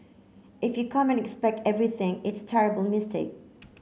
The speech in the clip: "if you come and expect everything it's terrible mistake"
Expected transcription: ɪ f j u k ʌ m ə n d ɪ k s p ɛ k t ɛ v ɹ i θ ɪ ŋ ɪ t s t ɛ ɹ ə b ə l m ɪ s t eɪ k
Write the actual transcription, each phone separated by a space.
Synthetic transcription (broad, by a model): ɪ f j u k ʌ m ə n ɪ k s p ɛ k t ɛ v ɹ i θ ɪ ŋ ɪ t s t ɛ ɹ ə b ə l m ɪ s t eɪ k